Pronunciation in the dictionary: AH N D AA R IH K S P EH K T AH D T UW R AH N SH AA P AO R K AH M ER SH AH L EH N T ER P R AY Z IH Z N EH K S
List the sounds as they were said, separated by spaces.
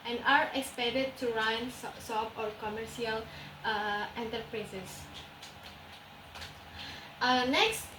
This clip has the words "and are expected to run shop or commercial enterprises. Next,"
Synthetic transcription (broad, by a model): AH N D AA R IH K S P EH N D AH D T UW R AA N S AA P AO R K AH M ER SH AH L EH N T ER P R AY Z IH S N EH K S